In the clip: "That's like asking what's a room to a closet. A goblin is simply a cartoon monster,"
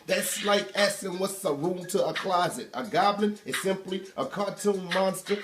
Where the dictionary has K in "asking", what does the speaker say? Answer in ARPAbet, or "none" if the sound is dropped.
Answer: none